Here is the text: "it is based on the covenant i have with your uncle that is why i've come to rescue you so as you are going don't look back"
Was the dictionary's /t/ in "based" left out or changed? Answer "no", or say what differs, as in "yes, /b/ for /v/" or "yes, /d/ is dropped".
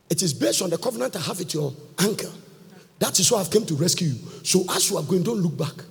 no